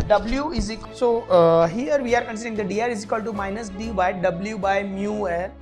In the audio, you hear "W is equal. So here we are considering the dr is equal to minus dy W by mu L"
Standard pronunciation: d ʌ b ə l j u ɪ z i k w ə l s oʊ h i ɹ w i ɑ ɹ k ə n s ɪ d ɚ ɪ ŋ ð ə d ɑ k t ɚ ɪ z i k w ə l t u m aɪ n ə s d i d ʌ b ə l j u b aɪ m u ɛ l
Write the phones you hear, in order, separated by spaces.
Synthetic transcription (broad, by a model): d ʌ b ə l j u ɪ z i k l s oʊ h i ɹ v i ɑ ɹ k ə n s ɪ d ɚ ɪ ŋ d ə d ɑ t ɪ z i k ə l t u m aɪ n ə s d i d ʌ b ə l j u b aɪ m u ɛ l